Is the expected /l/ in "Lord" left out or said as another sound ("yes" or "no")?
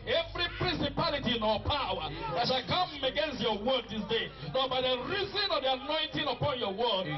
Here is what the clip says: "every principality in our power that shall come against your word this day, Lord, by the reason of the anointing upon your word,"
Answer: yes